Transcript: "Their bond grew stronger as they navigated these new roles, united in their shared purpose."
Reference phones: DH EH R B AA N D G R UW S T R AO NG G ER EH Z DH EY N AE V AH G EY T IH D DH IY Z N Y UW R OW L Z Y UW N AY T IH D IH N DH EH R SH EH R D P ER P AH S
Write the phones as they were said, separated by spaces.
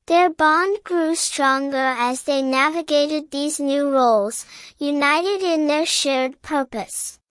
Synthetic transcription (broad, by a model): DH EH R B AA N D G R UW S T R AO NG G ER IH Z DH EY N AE V AH G EY T IH D DH IY Z N Y UW R OW L Z Y UW N AY T IH D IH N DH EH R SH EH R D P ER P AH S